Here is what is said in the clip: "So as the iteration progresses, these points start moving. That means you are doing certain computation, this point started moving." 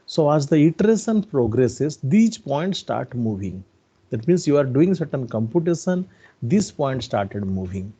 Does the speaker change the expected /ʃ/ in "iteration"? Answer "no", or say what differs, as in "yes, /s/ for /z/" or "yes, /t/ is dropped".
yes, /s/ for /ʃ/